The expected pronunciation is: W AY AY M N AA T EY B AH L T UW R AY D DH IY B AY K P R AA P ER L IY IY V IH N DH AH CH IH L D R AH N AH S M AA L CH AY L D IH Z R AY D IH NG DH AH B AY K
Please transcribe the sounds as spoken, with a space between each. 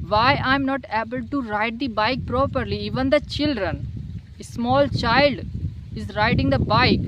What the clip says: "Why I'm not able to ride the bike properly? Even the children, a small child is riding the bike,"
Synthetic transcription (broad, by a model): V AY AY M N AA T EY B AH L T UW R AY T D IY B AY K P R AA P ER L IY IY V IH N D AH CH IH L D R AH N AH S M AA L CH AY L D IH Z R AY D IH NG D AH B AY K